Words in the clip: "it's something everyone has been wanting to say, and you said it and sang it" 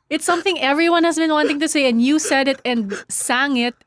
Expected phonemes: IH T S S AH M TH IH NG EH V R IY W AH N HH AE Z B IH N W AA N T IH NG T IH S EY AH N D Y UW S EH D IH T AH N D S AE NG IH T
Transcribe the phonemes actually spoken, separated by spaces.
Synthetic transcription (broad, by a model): IH T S S AH M TH IH NG EH V R IY W AH N HH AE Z B IH N W AA N T IH NG T IH S EY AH N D Y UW S EH D IH T AH N D S AE NG IH T